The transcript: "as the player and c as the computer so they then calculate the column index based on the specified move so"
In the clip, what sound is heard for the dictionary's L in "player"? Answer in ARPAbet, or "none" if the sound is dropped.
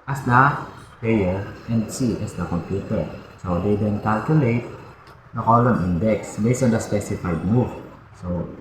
none